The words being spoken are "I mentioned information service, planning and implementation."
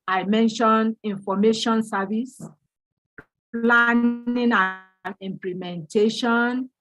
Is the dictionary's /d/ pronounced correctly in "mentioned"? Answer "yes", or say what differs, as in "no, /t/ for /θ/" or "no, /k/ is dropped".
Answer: no, /d/ is dropped